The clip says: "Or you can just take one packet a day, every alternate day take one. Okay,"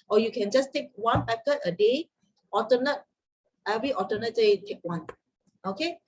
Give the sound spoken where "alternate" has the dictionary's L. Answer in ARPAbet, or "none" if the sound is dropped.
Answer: none